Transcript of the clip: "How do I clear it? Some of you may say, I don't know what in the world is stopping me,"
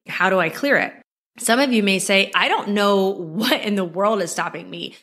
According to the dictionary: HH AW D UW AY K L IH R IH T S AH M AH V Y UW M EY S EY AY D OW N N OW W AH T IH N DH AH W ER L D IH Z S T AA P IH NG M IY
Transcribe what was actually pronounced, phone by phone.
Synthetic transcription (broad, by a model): HH AW D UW AY K L IH R IH T S AH M AH V Y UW M EY S EY AY D OW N N OW W AH T IH N DH AH W ER L D IH Z S T AA P IH NG M IY